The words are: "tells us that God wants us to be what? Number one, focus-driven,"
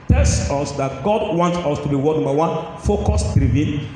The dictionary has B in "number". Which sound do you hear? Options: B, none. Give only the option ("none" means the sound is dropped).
none